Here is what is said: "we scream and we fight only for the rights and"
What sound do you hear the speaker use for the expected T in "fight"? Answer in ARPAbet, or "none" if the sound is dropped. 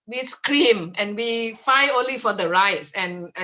none